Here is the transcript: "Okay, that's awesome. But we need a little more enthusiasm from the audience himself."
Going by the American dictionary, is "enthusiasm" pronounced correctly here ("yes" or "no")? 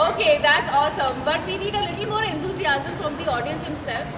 no